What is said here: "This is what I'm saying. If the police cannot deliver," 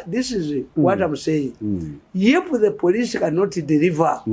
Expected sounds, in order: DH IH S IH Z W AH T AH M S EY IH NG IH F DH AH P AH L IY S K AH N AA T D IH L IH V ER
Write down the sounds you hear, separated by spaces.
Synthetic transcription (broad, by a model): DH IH S IH Z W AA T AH M S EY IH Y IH P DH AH P AH L IY S K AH N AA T D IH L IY V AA